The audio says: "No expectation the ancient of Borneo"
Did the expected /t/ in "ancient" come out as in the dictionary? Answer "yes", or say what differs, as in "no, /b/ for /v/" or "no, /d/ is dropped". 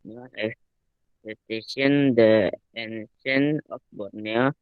no, /t/ is dropped